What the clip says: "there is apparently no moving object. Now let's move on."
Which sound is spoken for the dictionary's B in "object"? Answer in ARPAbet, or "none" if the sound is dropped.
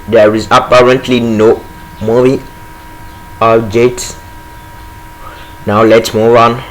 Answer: none